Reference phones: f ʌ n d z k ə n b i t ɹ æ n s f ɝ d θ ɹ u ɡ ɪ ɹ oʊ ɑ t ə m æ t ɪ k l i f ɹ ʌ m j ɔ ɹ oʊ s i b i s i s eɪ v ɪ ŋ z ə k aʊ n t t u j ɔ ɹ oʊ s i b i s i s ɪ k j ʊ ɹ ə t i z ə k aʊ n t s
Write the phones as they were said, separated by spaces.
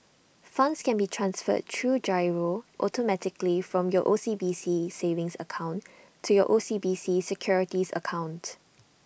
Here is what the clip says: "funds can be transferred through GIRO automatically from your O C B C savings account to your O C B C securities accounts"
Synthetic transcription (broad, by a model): f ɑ n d s k ə n b i t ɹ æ n s f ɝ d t ɹ u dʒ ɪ ɹ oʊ ɑ t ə m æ t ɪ k l i f ɹ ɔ m j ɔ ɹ oʊ s i b i s i s eɪ v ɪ ŋ s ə k aʊ n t t u j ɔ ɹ oʊ s i b i s i s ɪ k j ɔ ɹ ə t i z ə k aʊ n t